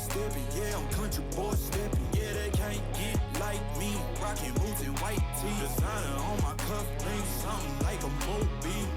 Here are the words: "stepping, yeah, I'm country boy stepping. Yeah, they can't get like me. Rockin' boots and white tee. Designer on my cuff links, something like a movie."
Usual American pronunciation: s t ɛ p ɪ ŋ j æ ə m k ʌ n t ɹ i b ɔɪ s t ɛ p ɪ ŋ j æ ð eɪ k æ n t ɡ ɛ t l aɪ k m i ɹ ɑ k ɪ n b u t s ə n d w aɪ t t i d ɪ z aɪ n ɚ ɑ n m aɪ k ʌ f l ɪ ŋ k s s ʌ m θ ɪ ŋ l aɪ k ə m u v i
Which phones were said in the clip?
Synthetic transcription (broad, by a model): s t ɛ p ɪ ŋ j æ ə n k ʌ n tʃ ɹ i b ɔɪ s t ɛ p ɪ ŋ j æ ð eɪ k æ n ɡ ɛ t l aɪ k m i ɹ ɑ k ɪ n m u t ə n w aɪ t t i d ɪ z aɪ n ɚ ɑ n m aɪ k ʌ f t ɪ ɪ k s s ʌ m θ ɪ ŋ l aɪ k ə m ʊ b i